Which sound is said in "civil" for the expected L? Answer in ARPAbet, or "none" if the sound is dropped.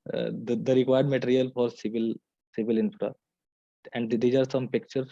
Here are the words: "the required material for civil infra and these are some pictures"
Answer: L